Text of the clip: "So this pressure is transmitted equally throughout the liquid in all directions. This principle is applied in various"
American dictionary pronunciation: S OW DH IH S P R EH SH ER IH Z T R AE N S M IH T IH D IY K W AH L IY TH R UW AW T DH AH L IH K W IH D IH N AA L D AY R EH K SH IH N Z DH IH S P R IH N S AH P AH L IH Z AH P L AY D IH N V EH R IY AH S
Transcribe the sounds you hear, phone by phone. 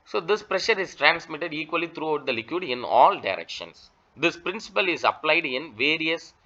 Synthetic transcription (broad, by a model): S OW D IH S P R EH SH ER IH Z T R AE N S M IH T IH D IY K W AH L IY T R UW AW T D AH L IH K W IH D IH N AA L D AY R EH K SH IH N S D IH S P R IH N S AH P AH L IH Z AH P L AY D IH N V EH R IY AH S